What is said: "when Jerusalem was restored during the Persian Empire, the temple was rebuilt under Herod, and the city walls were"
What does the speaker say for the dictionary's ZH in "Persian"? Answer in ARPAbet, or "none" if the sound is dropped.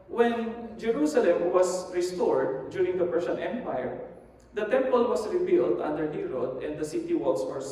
S